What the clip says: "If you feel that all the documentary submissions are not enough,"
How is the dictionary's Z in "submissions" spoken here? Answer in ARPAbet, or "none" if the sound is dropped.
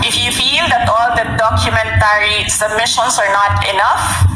S